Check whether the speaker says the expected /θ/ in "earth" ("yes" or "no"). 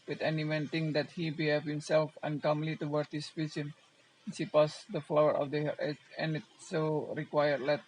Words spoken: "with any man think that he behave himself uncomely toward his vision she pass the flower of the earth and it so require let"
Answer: no